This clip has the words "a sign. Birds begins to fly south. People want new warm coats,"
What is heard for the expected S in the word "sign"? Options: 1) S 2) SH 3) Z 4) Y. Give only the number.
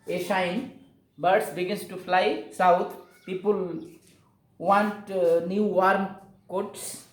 2